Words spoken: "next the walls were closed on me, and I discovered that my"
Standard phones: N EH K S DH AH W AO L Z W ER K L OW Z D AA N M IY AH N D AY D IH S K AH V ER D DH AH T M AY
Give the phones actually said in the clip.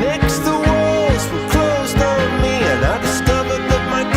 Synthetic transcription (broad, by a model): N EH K S DH AH W AO L Z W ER K L OW Z D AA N M IY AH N AY D IH S K AH V ER D DH AH T M AY